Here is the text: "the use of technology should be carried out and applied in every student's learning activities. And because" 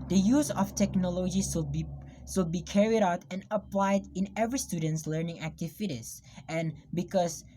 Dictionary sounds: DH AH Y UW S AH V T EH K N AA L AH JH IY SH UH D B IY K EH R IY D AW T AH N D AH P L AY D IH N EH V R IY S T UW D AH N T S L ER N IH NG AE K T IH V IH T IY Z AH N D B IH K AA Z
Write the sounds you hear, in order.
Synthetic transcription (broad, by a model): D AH Y UW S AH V T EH K N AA L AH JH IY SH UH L B IY K EH R IY D AW T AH N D AH P L AY D IH N EH V R IY S T UW D AH N T S L ER N IH NG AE K T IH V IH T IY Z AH N B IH K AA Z